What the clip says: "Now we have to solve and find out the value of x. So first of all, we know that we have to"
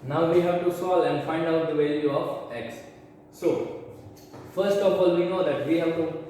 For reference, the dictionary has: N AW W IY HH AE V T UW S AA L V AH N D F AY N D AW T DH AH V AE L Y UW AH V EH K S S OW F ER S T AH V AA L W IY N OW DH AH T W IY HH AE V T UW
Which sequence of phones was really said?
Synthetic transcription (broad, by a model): N AW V IY HH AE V T UW S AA L AH N D F AY N D AW T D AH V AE L Y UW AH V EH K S S OW F ER S T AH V AA L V IY N OW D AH T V IY HH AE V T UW